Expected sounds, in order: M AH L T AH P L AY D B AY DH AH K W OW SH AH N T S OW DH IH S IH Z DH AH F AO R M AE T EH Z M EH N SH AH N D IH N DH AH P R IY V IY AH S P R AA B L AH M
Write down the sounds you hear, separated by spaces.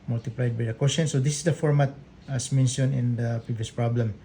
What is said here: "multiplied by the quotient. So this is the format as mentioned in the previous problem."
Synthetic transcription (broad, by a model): M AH L T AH P L AY D B AY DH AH K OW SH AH N S OW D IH S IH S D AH F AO R M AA T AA S M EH N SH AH N IH N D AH P R IY V IY AH S P R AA B L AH M